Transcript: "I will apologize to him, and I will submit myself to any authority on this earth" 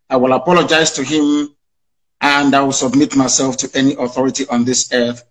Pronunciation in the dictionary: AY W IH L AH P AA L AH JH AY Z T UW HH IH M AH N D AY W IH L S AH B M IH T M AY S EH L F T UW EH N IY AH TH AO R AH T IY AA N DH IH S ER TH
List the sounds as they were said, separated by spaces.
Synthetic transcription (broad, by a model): AY W IH L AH P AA L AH JH AY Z T UW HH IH M AH N D AY W IH L S AH B M IH T M AY S EH L F T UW EH N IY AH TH AO R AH T IY AA N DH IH S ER TH